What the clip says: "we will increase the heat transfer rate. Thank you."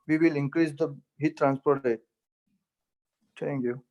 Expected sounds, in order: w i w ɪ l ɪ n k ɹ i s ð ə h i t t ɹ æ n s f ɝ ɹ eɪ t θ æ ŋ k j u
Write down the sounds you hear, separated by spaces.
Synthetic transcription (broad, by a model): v i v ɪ l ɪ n k ɹ i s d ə h i t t ɹ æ n s p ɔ ɹ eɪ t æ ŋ k j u